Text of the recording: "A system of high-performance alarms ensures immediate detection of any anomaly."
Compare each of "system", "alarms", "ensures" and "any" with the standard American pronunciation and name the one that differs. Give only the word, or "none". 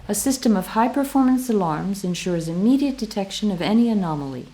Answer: none